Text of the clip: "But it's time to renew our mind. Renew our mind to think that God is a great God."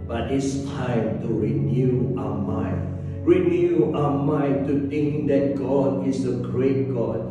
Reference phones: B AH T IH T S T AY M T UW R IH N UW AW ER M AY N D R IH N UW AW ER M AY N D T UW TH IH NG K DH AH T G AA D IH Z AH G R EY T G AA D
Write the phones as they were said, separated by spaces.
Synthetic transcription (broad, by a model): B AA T IH T S T AY M T UW R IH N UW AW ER M AY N R IH N UW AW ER M AY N T UW T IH NG K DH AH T G AA D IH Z AH G R EY T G AA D